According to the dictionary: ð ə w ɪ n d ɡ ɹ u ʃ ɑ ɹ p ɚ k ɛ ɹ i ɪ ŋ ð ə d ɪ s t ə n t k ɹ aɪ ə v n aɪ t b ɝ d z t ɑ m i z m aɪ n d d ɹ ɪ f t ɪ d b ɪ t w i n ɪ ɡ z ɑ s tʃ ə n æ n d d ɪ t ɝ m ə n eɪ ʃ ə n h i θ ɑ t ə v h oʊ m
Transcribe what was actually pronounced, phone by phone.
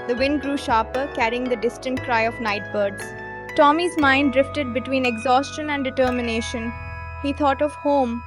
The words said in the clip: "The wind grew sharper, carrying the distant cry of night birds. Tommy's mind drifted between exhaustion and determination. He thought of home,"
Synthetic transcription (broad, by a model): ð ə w ɪ n d ɡ ɹ u ʃ ɑ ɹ p ɚ k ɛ ɹ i ɪ ŋ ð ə d ɪ s t ə n t k ɹ aɪ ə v n aɪ t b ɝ d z t ɑ m i z m aɪ n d d ɹ ɪ f t ɪ d b ɪ t w i n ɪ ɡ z ɑ s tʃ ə n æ n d d ɪ t ɝ m ə n eɪ ʃ ə n h i t ɑ t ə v h oʊ m